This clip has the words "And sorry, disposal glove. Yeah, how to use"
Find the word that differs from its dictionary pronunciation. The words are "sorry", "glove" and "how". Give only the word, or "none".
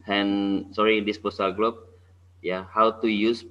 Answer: glove